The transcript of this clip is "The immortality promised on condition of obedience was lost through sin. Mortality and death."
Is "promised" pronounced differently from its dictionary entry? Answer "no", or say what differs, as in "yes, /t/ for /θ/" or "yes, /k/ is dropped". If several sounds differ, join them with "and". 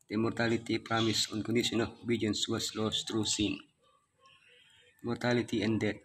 yes, /t/ is dropped